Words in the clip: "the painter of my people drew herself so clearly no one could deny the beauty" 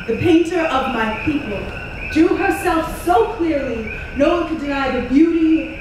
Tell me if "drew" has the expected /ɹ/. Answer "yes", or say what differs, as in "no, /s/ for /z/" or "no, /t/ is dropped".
no, /ɹ/ is dropped